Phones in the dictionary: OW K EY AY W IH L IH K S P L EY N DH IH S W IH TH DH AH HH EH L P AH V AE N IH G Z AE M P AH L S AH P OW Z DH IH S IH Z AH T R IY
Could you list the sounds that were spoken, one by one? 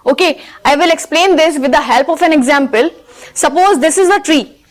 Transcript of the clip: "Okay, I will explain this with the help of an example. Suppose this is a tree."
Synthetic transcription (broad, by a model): OW K EY AY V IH L IH K S P L EY N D IH S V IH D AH HH EH L P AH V AE N IH G Z AE M P AH L S AH P OW Z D IH S IH Z AH T R IY